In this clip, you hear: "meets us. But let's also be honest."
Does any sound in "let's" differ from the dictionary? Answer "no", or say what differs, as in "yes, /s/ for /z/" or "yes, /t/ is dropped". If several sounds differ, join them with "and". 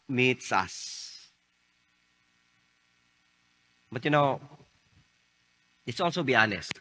yes, /n/ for /l/